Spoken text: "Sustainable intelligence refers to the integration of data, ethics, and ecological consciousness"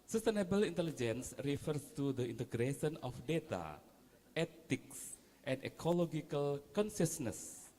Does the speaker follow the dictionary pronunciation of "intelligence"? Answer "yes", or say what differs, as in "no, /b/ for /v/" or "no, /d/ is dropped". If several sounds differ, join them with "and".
yes